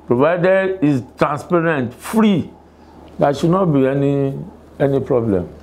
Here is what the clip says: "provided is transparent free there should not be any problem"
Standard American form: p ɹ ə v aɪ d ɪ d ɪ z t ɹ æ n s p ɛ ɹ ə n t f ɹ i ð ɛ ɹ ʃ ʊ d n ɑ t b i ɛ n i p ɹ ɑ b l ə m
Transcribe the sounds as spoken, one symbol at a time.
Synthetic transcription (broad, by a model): p ɹ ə v aɪ d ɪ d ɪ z t ɹ æ n s p ɛ ɹ ə n t f ɹ i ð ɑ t ʃ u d n ɑ t b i ɛ n i p ɹ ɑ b l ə m